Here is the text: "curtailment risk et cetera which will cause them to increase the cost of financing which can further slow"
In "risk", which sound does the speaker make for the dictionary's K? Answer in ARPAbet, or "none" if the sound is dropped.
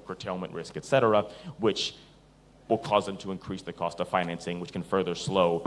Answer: K